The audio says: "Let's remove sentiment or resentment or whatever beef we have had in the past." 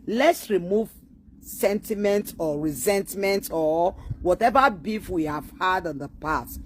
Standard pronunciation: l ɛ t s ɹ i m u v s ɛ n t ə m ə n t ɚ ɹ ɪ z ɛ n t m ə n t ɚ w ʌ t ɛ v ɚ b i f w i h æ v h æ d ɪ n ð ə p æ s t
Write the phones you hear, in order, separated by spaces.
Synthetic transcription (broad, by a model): l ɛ t s ɹ i m u v s ɛ n t ə m ə n t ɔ ɹ ɪ z ɛ n t m ə n t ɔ w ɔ t ɛ v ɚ b i f w i h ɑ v h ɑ d ɪ n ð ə p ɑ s t